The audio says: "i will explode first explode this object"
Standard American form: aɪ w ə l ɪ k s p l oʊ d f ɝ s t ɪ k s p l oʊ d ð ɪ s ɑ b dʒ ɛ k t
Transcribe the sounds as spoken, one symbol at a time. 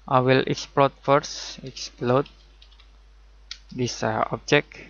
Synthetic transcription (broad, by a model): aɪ w ə l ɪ k s p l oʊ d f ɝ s ɪ k s p l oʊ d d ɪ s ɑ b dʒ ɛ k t